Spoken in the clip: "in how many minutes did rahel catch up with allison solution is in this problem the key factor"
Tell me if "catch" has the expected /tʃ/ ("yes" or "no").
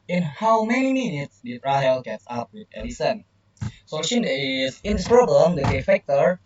no